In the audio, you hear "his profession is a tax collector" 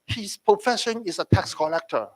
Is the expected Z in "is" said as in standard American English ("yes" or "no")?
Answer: no